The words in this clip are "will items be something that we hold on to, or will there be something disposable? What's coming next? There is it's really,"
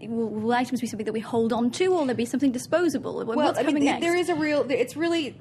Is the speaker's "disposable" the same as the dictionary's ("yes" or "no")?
yes